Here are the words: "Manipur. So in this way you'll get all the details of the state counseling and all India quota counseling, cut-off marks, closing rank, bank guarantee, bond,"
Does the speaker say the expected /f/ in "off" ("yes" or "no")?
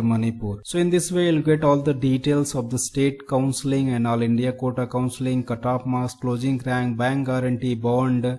no